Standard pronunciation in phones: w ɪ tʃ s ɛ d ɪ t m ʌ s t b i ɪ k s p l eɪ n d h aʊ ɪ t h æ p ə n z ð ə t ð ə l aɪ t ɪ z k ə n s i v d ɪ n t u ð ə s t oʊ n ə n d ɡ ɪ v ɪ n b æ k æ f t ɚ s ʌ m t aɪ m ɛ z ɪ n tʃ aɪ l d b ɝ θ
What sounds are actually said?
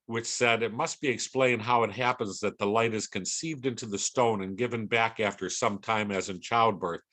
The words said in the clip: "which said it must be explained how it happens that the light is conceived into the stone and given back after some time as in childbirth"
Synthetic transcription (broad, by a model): w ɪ tʃ s ɛ d ɪ t m ʌ s t b i ɪ k s p l eɪ n d h aʊ ɪ t h æ p ə n z ð ə t ð ə l aɪ t ɪ z k ə n s i v d ɪ n t u ð ə s t oʊ n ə n ɡ ɪ v ɪ n b æ k æ f t ɚ s ʌ m t aɪ m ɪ z ɪ n tʃ aɪ l d b ɝ θ